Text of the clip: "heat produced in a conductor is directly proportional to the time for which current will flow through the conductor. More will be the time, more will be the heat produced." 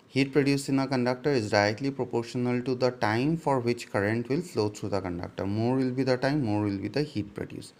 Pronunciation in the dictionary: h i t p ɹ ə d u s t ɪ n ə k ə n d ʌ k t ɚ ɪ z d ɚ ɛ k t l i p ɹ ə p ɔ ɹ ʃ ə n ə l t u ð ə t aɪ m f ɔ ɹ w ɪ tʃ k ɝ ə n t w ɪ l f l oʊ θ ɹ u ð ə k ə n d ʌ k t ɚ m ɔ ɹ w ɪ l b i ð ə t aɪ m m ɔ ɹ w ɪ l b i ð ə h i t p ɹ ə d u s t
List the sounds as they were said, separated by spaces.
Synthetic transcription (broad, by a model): h i t p ɹ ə d u s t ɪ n ə k ə n d ʌ k t ɚ ɪ z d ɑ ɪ t l i p ɹ ə p ɔ ɹ ʃ ə n ə l t u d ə t aɪ m f ɔ ɹ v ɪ tʃ k ɝ ə n t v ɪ l f l oʊ t ɹ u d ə k ə n d ʌ k t ɚ m ɔ ɹ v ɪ l b i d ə t aɪ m m ɔ ɹ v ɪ l b i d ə h i t p ɹ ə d u s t